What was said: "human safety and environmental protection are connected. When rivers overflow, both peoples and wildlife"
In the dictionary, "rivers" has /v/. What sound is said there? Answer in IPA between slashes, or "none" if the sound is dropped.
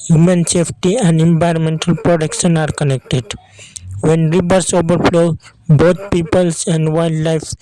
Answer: /b/